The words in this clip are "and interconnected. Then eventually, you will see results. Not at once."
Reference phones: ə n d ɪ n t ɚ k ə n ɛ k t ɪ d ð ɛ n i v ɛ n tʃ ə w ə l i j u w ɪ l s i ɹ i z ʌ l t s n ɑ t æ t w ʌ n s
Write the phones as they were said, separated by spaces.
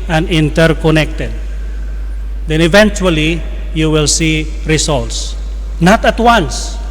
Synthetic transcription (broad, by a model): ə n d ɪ n t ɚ k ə n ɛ k t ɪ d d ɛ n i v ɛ n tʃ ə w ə l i j u w ɪ l s i ɹ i s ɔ l t s n ɑ t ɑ t w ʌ n s